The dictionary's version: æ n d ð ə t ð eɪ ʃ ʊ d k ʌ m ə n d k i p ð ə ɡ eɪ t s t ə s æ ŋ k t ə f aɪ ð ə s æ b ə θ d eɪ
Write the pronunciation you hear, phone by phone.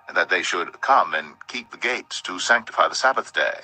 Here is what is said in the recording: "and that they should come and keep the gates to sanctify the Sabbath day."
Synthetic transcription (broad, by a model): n ð ə t ð eɪ ʃ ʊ d k ʌ m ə n k i p ð ə ɡ eɪ t s t ə s æ ŋ k t ə f aɪ ð ə s æ b ə θ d eɪ